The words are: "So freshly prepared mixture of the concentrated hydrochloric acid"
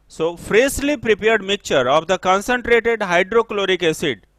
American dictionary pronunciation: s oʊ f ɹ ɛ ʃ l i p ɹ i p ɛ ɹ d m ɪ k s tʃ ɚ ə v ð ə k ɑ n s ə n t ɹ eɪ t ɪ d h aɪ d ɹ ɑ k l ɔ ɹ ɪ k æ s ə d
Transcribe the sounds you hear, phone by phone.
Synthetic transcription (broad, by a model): s oʊ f ɹ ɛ s l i p ɹ i p ɛ ɹ d m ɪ k tʃ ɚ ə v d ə k ɑ n s ə n t ɹ eɪ t ɪ d h aɪ d ɹ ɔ k l ɔ ɹ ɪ k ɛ s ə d